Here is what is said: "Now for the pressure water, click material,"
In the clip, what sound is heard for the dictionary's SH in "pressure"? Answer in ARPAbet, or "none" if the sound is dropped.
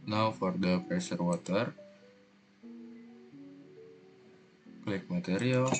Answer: S